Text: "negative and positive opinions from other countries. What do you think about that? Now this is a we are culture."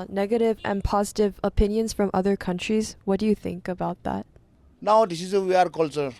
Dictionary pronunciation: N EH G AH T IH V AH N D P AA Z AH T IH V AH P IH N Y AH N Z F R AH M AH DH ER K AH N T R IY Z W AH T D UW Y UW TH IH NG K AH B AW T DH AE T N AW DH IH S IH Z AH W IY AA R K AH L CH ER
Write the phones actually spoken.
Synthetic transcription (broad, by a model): N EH G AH T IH V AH N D P AA Z AH T IH V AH P IH N Y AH N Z F R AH M AH DH ER K AH N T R IY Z W AH T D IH Y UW TH IH NG K AH B AW T DH AE T N AW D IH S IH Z AH W IY AA R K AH L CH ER